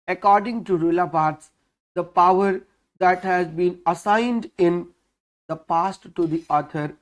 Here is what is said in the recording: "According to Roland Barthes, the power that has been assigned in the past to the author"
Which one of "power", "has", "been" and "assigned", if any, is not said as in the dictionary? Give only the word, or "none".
none